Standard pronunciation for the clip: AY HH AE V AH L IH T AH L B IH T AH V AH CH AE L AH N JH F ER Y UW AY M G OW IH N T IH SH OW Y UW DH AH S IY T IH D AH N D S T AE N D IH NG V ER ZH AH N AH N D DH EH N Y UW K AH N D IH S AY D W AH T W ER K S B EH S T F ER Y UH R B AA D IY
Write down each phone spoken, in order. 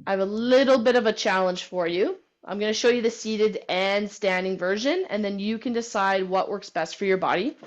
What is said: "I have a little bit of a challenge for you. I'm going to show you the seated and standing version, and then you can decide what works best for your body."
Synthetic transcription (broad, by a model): AY V AH L IH T L B IH T AH V AH CH AE L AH N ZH F ER Y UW AY M G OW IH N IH SH OW Y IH DH AH S IY T IH D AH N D S T AE N D IH NG V ER ZH AH N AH N DH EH N Y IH K AH N D IH S AY D W AH T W ER K S B EH S T F ER Y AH R B AA D IY